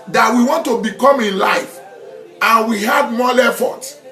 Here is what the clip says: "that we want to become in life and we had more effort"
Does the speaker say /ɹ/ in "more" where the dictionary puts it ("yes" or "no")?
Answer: no